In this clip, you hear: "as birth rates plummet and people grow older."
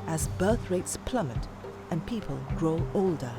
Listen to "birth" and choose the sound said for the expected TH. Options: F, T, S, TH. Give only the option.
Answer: TH